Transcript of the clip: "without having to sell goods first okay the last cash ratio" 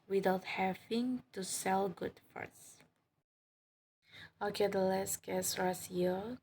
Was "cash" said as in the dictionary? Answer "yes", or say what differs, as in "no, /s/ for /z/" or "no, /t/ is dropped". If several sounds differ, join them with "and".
no, /s/ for /ʃ/